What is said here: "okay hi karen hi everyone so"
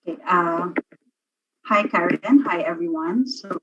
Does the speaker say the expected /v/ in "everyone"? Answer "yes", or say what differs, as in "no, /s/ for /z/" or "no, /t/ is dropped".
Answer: yes